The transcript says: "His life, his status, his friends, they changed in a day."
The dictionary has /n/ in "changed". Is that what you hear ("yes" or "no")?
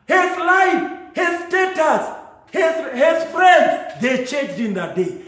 no